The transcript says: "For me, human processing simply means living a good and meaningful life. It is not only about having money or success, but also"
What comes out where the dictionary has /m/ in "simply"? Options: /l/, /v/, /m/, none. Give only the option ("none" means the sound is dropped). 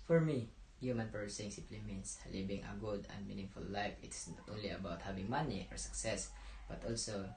none